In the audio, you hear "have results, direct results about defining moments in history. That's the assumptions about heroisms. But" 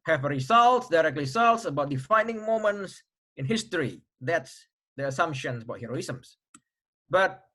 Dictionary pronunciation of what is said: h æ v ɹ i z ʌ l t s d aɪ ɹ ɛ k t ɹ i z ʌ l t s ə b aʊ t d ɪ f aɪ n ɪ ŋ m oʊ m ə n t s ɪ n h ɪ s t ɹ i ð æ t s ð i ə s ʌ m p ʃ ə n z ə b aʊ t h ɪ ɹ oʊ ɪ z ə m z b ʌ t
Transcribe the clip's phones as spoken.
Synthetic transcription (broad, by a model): h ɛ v ɹ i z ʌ l t s d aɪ ɹ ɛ k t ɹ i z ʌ l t s ə b aʊ t d ɪ f aɪ n ɪ ŋ m oʊ m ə n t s ɪ n h ɪ s t ɹ i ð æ t s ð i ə s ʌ m p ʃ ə n ə b aʊ t h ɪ ɹ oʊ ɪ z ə m s b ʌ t